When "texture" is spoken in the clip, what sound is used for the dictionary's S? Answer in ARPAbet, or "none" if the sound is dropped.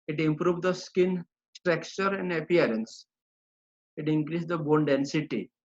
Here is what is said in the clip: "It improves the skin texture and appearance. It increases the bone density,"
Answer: none